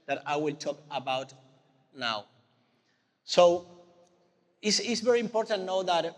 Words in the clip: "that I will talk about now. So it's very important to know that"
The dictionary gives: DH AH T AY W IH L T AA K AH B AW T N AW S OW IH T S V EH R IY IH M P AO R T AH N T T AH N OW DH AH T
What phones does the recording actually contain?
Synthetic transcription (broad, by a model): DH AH T AY W IH L T AA K AH B AW T N AW S OW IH S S V EH R IY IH M P AO R T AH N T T N OW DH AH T